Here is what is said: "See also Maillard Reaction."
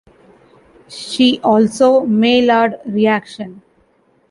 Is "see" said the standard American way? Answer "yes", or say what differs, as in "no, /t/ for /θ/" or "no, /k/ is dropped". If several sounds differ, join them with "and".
no, /ʃ/ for /s/